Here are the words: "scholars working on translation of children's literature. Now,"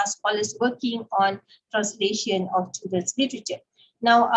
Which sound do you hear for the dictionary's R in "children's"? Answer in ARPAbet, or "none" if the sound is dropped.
none